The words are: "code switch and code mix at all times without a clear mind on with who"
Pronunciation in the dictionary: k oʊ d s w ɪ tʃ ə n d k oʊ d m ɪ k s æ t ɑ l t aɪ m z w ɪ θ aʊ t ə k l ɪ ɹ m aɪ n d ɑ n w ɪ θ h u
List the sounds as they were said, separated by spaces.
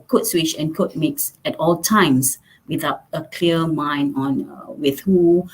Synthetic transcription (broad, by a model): k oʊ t s w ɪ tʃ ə n k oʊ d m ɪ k s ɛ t ɑ l t aɪ m s w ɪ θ aʊ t ə k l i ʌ m aɪ n ɑ n w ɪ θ h u